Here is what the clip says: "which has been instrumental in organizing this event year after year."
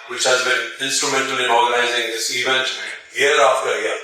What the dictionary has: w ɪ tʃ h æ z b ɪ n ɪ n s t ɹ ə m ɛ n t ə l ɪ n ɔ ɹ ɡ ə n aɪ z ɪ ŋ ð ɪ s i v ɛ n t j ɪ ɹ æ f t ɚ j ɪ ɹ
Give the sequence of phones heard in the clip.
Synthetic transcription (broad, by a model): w ɪ tʃ h æ z b ɪ n ɪ n s t ɹ ə m ɛ n t ə l ɪ n ɔ ɹ ɡ ə n aɪ z ɪ ŋ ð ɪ s i v ɛ n t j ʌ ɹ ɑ f t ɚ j